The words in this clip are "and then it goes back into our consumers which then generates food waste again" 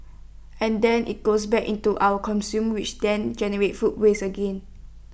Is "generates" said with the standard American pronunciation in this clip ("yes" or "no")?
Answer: no